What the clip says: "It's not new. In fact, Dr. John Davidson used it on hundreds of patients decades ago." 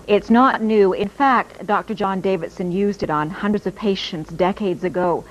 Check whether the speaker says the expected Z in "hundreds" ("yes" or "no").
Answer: yes